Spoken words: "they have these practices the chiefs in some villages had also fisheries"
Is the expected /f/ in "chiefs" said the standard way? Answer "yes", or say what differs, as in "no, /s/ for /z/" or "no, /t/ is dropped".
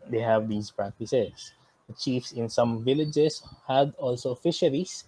yes